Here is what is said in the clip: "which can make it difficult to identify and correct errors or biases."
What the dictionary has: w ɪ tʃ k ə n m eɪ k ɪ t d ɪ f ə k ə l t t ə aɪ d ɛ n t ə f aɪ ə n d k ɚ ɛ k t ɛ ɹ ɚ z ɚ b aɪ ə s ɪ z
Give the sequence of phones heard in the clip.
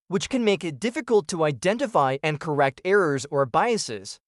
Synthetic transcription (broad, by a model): w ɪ tʃ k ə n m eɪ k ɪ t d ɪ f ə k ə l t t ə aɪ d ɛ n t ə f aɪ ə n k ɚ ɛ k t ɛ ɹ ɚ z ɚ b aɪ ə s ɪ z